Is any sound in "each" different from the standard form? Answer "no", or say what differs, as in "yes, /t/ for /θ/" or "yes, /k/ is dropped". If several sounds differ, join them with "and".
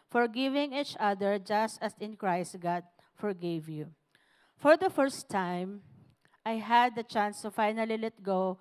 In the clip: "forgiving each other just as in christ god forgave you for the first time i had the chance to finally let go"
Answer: no